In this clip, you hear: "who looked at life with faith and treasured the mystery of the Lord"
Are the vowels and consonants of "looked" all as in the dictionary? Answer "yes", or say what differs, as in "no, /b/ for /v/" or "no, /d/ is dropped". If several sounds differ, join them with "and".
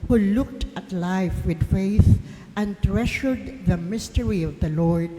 yes